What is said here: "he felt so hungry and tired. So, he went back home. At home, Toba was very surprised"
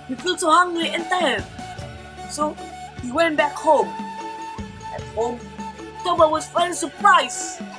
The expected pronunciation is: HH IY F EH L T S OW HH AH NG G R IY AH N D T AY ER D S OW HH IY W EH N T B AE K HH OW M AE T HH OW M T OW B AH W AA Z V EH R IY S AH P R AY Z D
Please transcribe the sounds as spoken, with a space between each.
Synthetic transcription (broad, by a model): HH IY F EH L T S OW HH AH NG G L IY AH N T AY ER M S OW HH IY W EH N T B AE K HH OW M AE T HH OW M T OW B AH W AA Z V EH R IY S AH P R AY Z